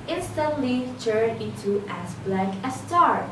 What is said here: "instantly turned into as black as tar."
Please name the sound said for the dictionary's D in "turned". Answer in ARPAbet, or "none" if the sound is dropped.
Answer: none